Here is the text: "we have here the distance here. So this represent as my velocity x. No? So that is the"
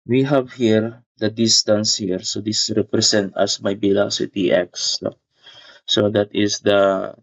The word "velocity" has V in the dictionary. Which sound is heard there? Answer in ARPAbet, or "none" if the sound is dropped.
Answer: B